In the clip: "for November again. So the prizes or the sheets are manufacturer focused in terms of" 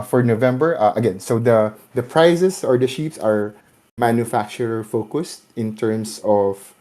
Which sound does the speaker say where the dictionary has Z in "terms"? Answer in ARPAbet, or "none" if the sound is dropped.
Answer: S